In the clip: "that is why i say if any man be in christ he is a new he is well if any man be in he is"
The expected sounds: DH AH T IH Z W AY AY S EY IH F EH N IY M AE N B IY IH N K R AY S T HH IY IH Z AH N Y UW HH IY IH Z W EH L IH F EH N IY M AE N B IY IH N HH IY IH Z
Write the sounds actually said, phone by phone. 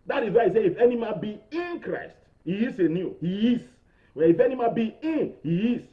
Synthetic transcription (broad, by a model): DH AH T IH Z W AY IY S EY IH F EH N IY M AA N B IY IH N K R AY S T HH IY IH S AH N Y UW HH IY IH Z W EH N IH F EH N IY M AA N B IY IH N HH IY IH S